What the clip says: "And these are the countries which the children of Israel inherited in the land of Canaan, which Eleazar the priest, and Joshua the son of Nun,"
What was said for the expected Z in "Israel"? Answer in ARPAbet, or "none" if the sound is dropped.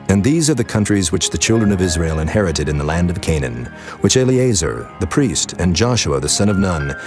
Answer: Z